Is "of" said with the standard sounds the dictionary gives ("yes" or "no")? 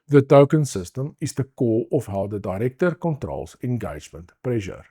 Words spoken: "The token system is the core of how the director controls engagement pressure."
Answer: no